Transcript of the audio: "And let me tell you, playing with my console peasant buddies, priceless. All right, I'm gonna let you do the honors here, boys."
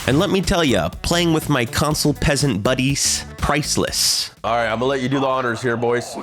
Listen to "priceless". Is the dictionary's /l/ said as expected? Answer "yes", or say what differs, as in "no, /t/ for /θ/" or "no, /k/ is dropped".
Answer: yes